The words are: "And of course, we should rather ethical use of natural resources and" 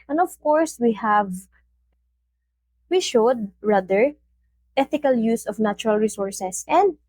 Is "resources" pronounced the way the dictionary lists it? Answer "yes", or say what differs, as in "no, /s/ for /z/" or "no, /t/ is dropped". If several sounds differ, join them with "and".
no, /s/ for /z/